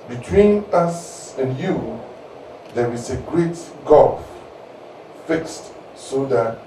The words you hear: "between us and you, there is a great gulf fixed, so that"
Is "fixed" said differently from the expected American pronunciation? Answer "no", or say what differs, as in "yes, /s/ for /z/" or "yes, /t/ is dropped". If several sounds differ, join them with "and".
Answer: no